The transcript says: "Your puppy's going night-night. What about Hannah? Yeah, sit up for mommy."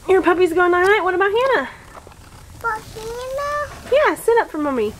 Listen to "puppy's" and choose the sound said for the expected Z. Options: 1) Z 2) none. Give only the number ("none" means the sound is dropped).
1